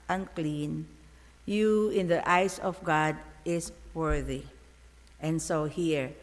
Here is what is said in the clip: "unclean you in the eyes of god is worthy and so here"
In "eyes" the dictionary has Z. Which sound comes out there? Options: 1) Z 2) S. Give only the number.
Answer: 2